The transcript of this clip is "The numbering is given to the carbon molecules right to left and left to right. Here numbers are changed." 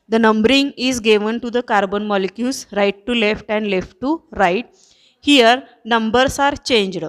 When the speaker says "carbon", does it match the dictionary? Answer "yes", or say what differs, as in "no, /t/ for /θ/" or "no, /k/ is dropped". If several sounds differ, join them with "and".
yes